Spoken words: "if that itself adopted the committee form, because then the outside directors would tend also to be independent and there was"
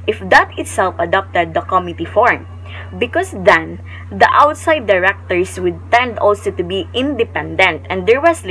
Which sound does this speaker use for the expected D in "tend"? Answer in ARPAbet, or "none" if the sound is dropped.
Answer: D